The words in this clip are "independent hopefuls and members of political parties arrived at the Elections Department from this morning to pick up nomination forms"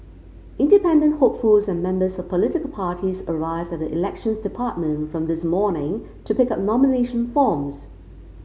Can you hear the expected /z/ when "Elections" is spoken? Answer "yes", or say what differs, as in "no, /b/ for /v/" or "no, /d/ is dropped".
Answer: yes